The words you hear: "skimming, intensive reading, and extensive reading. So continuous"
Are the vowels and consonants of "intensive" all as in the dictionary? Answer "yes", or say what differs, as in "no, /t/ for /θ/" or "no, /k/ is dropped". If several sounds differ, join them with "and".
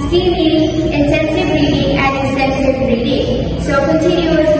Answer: no, /s/ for /t/